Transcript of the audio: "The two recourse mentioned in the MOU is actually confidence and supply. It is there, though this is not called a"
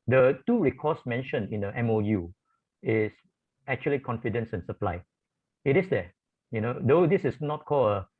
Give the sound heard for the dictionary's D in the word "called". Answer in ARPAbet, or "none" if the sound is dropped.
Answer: none